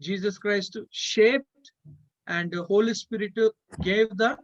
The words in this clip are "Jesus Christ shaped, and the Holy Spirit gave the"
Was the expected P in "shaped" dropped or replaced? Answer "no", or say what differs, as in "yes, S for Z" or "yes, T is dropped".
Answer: no